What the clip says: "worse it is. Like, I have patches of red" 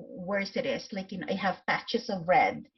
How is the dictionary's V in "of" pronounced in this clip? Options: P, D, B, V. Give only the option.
V